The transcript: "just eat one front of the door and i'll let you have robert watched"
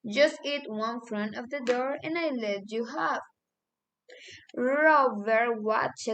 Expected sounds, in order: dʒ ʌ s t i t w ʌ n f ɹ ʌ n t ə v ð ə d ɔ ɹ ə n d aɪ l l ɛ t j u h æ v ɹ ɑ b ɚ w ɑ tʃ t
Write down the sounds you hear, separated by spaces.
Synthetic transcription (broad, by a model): dʒ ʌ s t i t w ʌ n f ɹ ʌ n t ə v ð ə d ɔ ɹ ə n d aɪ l l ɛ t j u h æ f ɹ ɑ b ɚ w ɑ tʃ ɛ